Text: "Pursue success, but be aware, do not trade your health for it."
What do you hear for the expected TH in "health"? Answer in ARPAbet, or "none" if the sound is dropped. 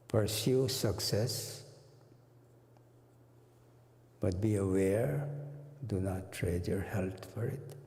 T